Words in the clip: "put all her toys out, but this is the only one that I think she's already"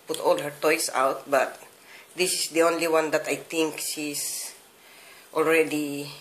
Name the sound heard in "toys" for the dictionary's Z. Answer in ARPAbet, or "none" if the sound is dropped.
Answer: S